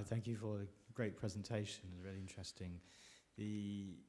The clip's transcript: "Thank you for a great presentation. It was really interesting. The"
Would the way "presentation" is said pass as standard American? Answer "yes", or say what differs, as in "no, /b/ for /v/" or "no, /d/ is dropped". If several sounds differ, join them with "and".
yes